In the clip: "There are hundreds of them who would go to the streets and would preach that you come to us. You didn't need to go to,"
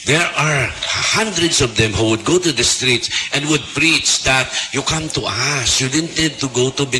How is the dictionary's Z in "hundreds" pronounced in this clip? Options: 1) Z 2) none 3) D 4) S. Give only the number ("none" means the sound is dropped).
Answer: 4